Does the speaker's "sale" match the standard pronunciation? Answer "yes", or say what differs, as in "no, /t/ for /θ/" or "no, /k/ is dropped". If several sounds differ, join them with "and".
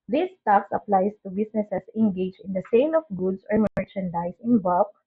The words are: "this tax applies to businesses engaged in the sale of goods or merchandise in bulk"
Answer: no, /n/ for /l/